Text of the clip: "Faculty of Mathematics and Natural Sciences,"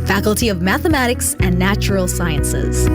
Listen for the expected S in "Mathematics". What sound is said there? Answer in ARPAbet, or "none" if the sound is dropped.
S